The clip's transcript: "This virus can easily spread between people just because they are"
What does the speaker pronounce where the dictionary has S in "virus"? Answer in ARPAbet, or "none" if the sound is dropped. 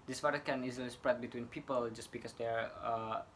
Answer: none